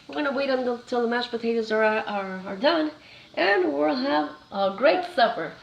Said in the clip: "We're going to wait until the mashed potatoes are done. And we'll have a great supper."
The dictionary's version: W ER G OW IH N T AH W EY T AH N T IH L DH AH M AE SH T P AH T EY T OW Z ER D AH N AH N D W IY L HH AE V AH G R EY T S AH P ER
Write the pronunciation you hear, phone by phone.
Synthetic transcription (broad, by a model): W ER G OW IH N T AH W EY T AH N T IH L DH AH M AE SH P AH T EY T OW Z ER D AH N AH N W IY L HH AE V AH G R EY T S AH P ER